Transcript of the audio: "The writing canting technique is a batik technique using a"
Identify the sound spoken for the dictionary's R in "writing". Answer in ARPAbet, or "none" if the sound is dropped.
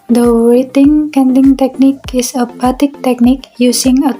W